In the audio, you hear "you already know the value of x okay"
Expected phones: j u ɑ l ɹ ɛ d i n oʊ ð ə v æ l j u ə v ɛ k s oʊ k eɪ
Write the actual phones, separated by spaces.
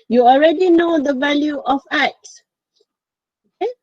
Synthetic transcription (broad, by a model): j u ɑ l ɹ ɛ d i n oʊ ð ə v æ l j u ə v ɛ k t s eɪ